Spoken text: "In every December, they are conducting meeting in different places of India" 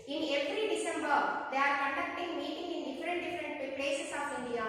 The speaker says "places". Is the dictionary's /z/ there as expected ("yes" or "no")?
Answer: no